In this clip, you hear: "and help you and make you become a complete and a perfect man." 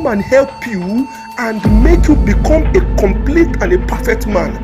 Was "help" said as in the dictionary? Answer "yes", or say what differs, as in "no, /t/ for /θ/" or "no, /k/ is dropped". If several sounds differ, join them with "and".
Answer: yes